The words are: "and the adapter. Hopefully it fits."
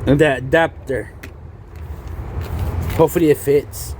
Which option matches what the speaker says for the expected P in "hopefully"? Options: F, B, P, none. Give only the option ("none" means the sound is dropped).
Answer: none